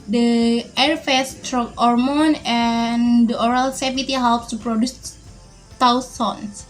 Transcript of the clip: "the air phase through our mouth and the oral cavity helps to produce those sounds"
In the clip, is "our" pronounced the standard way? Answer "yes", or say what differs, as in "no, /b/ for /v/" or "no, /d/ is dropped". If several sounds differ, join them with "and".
yes